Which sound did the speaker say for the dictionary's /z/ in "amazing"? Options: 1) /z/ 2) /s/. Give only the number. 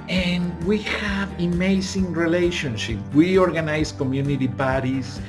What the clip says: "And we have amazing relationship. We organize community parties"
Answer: 2